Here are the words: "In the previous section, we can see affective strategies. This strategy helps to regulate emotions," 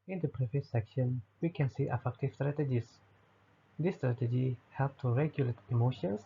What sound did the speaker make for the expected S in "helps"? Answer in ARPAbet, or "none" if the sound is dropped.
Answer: none